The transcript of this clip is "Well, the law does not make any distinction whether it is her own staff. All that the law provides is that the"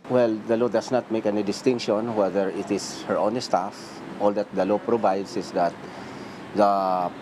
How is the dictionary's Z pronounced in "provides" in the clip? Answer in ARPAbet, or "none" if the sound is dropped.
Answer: S